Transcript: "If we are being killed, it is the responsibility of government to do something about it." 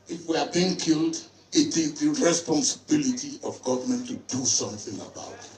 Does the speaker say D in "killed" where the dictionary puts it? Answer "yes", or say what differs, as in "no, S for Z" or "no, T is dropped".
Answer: yes